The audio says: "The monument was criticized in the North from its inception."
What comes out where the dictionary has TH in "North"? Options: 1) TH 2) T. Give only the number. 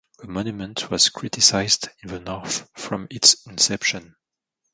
1